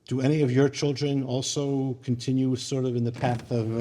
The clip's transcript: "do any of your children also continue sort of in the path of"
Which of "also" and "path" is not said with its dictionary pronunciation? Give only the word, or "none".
none